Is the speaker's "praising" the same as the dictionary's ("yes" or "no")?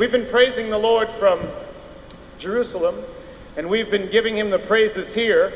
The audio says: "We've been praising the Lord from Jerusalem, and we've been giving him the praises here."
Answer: yes